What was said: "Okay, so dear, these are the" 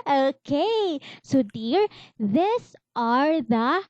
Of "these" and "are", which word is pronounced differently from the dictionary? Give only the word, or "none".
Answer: these